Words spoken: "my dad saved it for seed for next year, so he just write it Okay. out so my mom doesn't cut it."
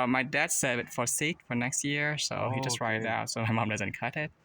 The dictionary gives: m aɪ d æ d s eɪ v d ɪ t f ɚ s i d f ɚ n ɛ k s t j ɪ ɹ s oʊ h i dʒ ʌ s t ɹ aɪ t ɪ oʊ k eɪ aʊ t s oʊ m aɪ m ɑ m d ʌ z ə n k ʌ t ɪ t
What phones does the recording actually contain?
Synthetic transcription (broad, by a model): m aɪ d æ d s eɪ d ɪ t f ɚ s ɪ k f ɚ n ɛ k s t j ɪ ɹ s oʊ h i dʒ ʌ s t ɹ aɪ t ɪ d aʊ t s oʊ m aɪ m ɑ m d ʌ z ə n k ʌ t ɪ t